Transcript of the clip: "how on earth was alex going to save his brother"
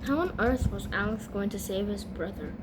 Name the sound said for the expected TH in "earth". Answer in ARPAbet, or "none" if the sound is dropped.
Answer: TH